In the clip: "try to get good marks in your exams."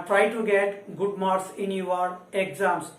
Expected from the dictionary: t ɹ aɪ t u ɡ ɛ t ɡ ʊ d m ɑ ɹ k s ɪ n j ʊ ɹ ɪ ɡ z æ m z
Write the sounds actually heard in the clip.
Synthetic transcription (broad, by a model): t ɹ aɪ t u ɡ ɛ t ɡ ʊ d m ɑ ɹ s ɪ n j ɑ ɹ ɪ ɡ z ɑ m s